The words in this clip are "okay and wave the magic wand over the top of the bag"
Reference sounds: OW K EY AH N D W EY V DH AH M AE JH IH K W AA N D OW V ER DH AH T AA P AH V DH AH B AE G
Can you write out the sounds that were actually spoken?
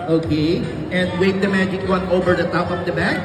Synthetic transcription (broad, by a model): OW K EY AH N D W EY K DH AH M AE JH IH K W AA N OW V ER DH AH S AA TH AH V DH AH B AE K